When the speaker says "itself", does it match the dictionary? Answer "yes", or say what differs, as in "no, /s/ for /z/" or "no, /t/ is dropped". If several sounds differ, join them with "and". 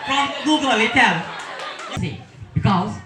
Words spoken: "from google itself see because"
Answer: no, /s/ is dropped